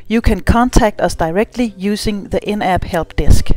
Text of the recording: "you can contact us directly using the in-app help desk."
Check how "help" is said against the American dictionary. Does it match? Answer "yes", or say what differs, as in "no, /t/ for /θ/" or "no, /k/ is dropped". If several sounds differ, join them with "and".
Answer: no, /b/ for /p/